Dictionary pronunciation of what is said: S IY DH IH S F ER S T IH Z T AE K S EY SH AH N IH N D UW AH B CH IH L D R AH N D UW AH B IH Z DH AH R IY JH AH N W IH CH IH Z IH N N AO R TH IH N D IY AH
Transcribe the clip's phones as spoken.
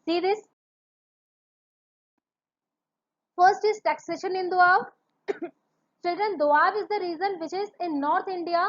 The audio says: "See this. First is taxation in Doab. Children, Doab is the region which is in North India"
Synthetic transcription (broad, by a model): S IY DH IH S F ER S T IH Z T AE K S EY SH AH N IH N D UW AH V CH IH L D R AH N D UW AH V IH Z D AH R IY Z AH N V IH CH IH Z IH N N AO R T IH N D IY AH